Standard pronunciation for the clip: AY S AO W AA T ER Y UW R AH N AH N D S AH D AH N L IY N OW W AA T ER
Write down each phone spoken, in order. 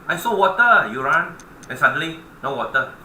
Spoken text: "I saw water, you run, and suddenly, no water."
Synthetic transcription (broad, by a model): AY S AO W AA T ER Y UW R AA N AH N S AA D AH L IY N OW W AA T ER